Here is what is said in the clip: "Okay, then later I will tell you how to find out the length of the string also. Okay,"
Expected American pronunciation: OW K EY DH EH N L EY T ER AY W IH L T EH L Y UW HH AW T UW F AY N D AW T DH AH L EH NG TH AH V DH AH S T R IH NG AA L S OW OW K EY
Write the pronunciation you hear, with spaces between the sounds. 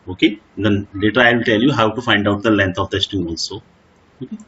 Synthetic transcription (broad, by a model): OW K EY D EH N L EY T ER AY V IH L T EH L Y UW HH AW T UW F AY N D AW T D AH L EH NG T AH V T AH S T IH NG AA L S OW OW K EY